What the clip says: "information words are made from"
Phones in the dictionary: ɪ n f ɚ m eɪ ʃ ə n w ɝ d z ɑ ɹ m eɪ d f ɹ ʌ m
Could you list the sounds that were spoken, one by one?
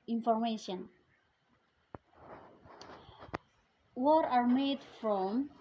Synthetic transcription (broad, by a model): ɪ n f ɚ m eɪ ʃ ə n w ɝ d ɑ ɹ m eɪ d f ɹ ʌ m